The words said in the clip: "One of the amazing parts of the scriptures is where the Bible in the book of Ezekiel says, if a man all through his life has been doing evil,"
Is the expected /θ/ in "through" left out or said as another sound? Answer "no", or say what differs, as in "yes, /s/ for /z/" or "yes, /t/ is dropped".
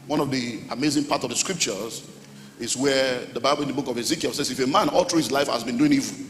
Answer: yes, /t/ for /θ/